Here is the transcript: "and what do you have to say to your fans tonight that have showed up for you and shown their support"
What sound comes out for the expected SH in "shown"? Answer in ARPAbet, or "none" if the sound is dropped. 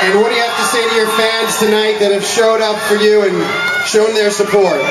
SH